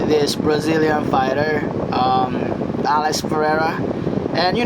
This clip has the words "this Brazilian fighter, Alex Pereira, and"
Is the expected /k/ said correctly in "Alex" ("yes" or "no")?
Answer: no